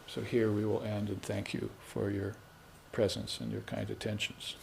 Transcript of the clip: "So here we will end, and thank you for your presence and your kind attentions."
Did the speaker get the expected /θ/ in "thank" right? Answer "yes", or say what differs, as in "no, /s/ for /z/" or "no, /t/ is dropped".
yes